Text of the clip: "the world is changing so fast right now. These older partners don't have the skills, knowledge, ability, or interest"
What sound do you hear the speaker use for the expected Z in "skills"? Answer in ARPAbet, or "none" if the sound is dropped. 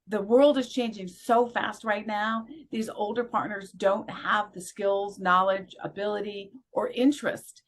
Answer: Z